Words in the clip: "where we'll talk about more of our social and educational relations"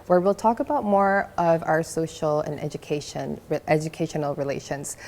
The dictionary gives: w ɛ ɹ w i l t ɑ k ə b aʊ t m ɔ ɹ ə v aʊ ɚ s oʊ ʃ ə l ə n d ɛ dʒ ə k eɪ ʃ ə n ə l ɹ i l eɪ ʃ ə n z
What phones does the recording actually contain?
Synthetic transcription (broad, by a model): w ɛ ɹ w i l t ɑ k ə b aʊ t m ɔ ɹ ə v aʊ ɚ s oʊ ʃ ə n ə n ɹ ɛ dʒ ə k eɪ ʃ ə n l ɹ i l eɪ ʃ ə n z